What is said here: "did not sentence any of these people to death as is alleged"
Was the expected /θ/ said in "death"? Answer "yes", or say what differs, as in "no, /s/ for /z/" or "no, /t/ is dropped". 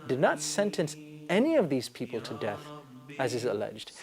yes